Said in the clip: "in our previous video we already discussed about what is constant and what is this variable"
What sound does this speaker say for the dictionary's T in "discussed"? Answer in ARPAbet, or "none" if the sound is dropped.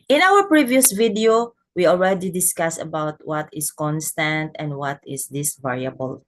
none